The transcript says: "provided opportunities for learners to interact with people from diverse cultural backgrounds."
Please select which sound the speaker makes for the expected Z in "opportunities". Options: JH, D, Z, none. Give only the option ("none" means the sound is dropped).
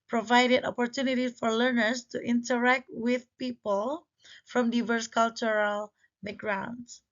none